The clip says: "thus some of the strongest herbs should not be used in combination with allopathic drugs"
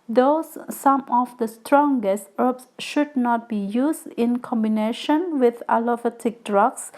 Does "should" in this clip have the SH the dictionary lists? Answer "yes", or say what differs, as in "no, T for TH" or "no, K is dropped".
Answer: yes